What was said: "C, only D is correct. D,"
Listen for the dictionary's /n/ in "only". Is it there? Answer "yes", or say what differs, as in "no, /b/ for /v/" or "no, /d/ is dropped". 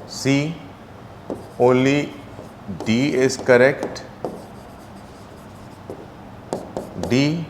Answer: no, /n/ is dropped